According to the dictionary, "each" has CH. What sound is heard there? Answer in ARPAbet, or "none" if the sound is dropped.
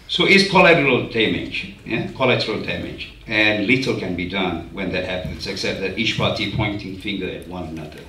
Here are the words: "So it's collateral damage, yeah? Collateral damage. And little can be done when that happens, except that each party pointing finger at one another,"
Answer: CH